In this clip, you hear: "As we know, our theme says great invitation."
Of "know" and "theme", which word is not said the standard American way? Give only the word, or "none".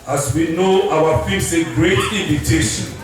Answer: theme